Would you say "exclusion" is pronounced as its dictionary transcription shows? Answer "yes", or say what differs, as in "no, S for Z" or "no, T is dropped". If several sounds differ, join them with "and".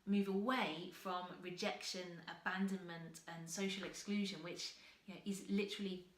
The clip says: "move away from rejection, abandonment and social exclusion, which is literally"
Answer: yes